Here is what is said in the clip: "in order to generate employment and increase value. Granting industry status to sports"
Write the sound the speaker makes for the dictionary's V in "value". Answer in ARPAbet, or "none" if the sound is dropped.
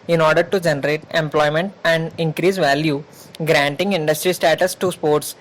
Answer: V